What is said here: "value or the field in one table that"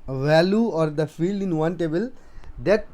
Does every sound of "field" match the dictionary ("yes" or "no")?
yes